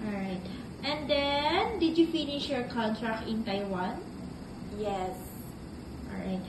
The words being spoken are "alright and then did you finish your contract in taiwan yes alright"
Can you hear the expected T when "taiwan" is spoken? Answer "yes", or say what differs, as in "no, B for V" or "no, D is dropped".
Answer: yes